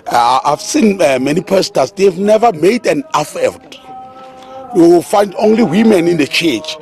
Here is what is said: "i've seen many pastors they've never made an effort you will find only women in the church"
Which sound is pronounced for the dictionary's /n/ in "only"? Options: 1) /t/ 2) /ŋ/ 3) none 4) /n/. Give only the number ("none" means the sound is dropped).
4